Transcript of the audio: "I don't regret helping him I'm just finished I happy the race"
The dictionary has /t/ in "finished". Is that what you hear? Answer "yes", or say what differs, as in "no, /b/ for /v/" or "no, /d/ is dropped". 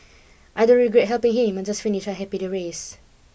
no, /t/ is dropped